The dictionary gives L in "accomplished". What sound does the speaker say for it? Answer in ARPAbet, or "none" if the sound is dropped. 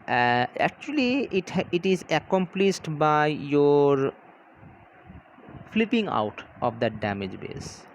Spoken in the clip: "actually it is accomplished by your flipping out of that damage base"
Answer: L